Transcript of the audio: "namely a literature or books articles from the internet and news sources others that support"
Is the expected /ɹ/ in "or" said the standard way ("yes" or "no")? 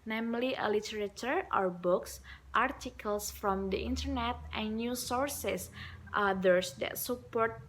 yes